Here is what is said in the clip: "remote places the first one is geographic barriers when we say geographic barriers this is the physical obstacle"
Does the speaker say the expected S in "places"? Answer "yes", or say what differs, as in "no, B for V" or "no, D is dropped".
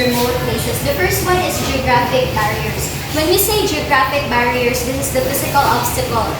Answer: no, SH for S